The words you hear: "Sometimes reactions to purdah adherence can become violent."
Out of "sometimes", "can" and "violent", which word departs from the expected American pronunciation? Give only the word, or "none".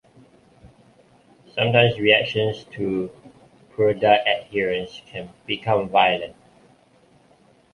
sometimes